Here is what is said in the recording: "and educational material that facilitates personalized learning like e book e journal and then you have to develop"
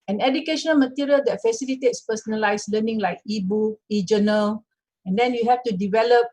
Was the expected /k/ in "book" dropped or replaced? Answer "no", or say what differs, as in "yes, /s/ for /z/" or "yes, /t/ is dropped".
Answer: yes, /k/ is dropped